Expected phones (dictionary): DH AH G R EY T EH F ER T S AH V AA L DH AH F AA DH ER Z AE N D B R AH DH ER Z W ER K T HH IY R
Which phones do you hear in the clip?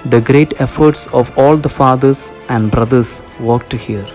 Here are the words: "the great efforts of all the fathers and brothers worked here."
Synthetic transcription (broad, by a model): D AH G R EY T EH F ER T S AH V AA L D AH F AA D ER S AE N D B R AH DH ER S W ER K T HH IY R